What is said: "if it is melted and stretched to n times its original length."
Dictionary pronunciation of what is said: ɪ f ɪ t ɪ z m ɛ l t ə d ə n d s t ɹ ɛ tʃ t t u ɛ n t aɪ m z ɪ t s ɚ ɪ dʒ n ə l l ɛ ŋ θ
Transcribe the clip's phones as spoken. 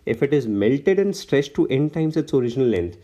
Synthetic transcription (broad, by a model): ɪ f ɪ t ɪ z m ɛ l t ə d ə n d s t ɹ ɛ s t t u ɛ n t aɪ m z ɪ t s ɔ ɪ dʒ n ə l l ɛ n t